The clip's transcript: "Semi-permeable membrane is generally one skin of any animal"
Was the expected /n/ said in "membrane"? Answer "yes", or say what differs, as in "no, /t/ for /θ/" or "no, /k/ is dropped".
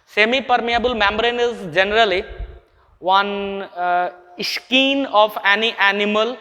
yes